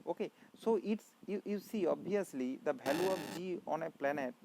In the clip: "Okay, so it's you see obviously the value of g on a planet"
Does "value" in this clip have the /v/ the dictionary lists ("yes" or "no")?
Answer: no